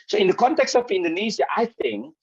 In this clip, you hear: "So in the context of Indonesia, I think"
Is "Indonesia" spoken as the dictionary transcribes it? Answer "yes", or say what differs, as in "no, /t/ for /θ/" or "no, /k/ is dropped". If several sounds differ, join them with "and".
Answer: no, /z/ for /ʒ/